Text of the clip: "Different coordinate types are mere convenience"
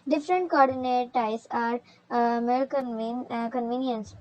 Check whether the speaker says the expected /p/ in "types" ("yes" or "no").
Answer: no